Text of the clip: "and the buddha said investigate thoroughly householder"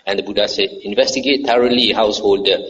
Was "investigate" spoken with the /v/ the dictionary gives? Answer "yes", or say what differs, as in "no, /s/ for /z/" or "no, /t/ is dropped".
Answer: yes